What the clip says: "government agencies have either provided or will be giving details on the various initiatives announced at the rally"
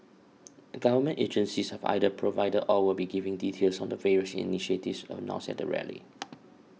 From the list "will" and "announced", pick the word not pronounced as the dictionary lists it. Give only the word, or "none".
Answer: announced